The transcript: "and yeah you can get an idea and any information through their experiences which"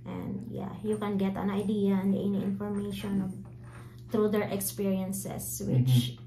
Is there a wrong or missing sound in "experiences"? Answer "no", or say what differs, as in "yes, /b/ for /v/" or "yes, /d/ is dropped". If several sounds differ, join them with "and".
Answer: yes, /s/ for /z/